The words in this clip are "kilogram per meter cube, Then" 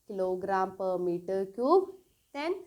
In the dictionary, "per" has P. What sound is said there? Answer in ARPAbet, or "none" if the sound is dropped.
P